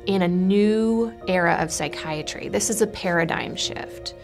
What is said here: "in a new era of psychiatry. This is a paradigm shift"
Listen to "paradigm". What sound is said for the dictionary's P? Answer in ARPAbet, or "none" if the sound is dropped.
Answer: P